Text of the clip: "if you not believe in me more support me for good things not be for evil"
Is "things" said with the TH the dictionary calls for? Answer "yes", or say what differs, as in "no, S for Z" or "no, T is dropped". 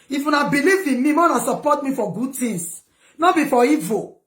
no, T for TH